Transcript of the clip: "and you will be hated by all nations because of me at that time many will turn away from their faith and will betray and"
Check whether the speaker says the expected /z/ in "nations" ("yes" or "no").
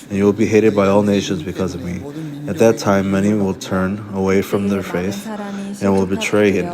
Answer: yes